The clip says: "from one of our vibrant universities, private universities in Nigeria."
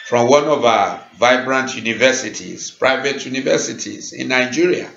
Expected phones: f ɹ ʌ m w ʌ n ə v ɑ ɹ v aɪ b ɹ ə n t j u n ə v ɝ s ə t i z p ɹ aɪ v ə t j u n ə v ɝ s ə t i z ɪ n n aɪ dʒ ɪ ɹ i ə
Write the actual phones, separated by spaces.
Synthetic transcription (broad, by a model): f ɹ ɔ m w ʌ n ə v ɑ v aɪ b ɹ ə n t j u n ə v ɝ s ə t i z p ɹ aɪ v ə t j u n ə v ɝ s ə t i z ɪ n n aɪ dʒ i ɹ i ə